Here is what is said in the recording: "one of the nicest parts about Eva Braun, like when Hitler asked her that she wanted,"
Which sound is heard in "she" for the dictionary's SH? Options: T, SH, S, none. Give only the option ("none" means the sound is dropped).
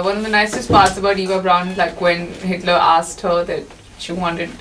SH